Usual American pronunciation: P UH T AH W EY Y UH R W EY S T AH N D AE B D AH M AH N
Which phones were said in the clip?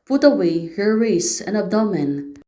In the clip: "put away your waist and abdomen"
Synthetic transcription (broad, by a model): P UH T AH W EY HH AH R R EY S AH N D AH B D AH M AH N